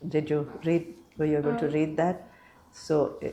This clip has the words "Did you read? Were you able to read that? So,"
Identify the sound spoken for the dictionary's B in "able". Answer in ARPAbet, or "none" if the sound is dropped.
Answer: none